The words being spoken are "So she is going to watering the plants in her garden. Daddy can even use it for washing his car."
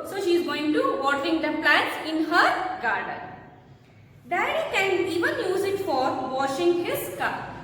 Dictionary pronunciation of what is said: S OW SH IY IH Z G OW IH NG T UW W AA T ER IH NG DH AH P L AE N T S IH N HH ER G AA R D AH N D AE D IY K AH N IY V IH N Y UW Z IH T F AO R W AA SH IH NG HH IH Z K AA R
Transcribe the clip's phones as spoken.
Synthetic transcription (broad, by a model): S OW SH IY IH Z G OW IH NG T UW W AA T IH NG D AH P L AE T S IH N HH ER G AA R D AH N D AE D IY K AH N IY V IH N Y UW Z IH T F AO R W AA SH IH NG HH IH Z K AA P